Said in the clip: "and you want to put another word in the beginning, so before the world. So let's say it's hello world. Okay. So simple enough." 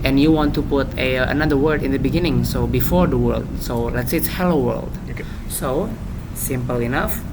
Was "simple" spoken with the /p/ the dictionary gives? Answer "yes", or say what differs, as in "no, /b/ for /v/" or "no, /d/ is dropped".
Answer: yes